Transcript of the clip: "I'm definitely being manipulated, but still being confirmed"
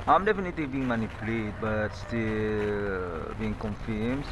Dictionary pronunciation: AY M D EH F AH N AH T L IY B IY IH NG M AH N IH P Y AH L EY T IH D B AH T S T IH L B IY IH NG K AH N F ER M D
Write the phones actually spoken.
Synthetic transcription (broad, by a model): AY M D EH F AH N AH T L IY B IY IH NG M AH N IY P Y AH L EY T B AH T S T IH L B IY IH NG K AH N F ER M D